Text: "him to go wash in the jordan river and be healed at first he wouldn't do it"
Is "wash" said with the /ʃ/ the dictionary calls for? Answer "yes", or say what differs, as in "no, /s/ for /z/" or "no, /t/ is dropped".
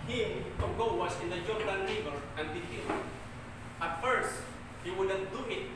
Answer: no, /s/ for /ʃ/